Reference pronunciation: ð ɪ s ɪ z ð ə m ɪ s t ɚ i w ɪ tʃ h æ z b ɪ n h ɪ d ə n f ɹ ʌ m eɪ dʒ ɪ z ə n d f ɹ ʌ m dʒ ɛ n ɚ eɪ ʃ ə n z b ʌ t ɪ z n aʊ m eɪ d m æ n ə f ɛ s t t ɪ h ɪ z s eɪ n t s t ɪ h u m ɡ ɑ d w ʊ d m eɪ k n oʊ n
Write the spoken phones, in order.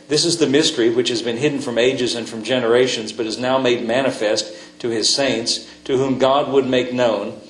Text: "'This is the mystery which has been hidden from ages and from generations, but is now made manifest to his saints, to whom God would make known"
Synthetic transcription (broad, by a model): ð ɪ s ɪ z ð ə m ɪ s t ɚ i w ɪ tʃ h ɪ z b ɪ n h ɪ d n f ɹ ʌ m eɪ dʒ ɪ z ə n f ɹ ʌ m dʒ ɛ n ɚ eɪ ʃ ə n z b ʌ t ɪ z n aʊ m eɪ d m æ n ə f ɛ s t t ɪ ɪ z s eɪ n t s t ɪ h u m ɡ ɑ d w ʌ d m eɪ k n oʊ n